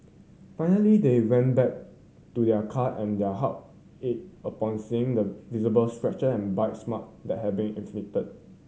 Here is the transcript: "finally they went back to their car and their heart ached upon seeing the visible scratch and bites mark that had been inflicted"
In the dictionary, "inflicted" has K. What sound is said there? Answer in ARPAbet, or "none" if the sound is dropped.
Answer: none